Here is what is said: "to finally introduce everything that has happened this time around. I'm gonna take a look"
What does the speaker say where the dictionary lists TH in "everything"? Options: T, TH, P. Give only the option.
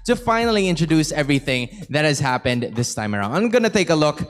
TH